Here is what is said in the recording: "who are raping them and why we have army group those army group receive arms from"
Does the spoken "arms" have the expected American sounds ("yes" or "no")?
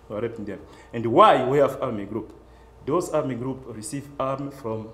no